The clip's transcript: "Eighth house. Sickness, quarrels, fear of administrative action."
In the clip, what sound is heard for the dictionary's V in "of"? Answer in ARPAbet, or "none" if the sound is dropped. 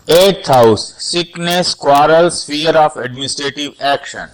F